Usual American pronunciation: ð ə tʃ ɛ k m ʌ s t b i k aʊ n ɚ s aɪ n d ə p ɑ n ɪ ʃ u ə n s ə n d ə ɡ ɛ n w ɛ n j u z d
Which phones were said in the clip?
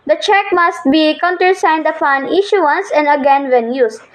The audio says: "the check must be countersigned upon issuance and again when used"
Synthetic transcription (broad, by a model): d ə tʃ ɛ k m ʌ s t b i k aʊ n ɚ s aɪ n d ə f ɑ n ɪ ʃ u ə n s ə n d ə ɡ ɛ n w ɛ n j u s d